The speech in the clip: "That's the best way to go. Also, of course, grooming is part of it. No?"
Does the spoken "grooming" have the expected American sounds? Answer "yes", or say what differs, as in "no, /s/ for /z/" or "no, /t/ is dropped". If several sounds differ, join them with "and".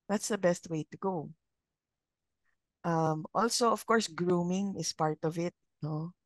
yes